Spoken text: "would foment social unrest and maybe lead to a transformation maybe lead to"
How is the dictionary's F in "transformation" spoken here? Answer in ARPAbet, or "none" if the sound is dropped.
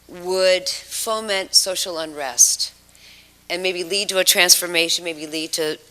F